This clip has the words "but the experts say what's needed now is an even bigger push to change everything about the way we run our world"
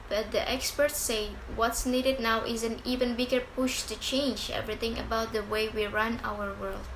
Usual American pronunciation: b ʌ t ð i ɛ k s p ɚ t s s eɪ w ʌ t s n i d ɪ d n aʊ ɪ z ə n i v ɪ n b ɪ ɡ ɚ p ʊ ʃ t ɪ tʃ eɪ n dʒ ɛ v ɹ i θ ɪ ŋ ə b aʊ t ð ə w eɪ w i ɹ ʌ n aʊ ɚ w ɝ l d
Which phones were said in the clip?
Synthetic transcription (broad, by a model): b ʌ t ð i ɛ k s p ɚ t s s eɪ w ʌ t s n i d ɪ d n aʊ ɪ z ə n i v ɪ n b ɪ ɡ ɚ p ʊ ʃ t ɪ tʃ eɪ n dʒ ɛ v ɹ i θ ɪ ŋ ə b aʊ t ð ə w eɪ w i ɹ ʌ n aʊ ɚ w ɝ l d